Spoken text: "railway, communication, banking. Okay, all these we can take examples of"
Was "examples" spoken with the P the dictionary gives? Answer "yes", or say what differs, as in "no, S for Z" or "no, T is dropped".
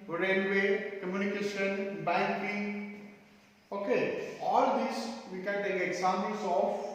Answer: no, P is dropped